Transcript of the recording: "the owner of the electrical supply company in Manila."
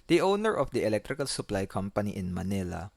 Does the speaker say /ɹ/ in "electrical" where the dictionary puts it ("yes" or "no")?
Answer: yes